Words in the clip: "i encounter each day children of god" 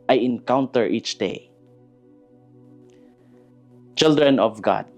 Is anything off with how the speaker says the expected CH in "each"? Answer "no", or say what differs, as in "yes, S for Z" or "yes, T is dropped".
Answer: no